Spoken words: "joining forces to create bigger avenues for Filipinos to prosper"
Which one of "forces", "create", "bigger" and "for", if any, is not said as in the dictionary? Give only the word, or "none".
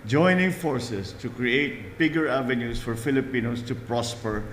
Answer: forces